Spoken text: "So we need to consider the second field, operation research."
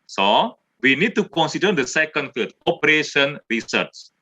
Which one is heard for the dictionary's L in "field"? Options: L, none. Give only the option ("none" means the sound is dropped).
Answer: none